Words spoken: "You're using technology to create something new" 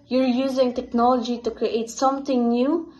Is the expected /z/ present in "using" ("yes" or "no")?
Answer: yes